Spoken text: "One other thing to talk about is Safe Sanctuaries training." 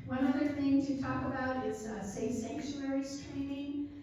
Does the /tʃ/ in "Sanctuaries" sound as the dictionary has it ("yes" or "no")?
no